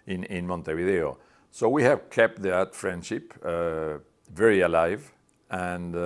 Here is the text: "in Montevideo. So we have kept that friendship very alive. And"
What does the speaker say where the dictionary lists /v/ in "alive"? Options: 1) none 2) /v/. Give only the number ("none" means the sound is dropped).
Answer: 2